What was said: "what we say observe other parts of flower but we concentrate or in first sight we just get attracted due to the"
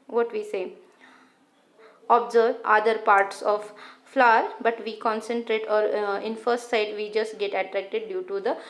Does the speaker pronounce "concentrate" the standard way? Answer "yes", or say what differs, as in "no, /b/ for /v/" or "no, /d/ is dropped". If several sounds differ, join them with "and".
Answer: yes